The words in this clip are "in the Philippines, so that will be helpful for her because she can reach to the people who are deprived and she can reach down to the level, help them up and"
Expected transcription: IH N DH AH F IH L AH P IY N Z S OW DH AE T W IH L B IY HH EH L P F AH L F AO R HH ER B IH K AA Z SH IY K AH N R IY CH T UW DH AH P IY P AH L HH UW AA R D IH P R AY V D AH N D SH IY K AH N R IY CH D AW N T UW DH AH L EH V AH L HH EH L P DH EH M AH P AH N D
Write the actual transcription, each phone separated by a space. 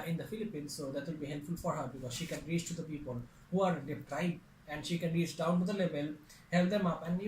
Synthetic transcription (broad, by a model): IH N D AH F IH L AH P IY N S OW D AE T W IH L B IY HH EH L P F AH L F AO R HH ER B IH K AA Z SH IY K AH N R IY CH T UW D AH P IY P AH L HH UW AA R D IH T R AY D AH N D SH IY K AH N R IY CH D AW N T UW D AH L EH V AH L HH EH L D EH M AH P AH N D